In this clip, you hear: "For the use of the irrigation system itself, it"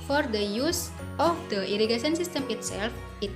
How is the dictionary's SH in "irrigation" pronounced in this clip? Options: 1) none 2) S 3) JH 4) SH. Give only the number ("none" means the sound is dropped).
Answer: 2